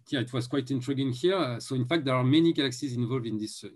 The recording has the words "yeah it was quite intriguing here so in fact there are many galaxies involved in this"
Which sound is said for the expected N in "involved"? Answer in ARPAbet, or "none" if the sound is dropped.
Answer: N